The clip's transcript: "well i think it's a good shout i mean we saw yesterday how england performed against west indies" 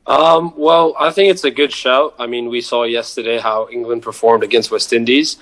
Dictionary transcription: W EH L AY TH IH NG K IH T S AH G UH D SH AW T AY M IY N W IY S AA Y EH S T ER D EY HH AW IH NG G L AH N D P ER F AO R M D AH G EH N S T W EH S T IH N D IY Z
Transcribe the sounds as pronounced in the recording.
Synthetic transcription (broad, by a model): W EH L AY TH IH NG K IH T S AH G UH D SH AW T AY M IY N W IY S AA Y EH S T ER D EY HH AW IH NG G L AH N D P ER F AO R M D AH G EH N S T W EH S T IH N D IY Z